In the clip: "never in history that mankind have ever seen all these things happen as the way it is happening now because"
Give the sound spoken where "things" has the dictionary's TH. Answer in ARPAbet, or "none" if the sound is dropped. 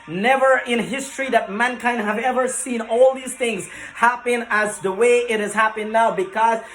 TH